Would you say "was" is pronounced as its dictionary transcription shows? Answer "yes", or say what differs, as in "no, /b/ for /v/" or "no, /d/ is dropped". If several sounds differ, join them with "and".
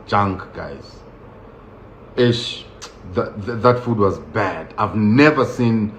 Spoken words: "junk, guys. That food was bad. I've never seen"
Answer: yes